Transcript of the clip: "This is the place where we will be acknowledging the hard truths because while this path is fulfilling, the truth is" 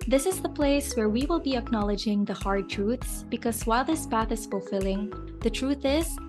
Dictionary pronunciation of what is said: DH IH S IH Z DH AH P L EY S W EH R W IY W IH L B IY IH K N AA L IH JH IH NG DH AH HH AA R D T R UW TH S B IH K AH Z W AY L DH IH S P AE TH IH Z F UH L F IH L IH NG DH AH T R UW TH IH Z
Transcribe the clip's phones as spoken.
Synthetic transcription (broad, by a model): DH IH S IH Z DH AH P L EY S W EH R W IY W IH L B IY IH K N AA L IH JH IH NG DH AH HH AA R D T R UW TH S B IH K AH Z W AY L DH IH S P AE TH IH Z F UH L F IH L IH NG DH AH T R UW TH IH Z